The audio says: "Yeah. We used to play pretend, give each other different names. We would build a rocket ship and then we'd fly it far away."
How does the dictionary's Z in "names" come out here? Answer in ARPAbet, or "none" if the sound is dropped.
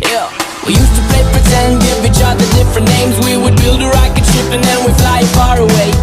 Z